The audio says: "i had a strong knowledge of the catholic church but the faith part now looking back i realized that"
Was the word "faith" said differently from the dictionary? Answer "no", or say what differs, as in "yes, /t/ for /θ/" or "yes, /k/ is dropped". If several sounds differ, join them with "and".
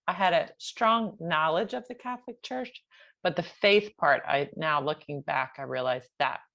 no